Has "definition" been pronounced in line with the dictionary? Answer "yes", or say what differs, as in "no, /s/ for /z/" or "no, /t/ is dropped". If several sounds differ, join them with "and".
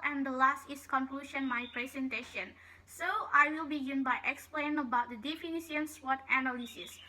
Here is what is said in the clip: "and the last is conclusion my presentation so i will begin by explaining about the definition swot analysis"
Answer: no, /s/ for /ʃ/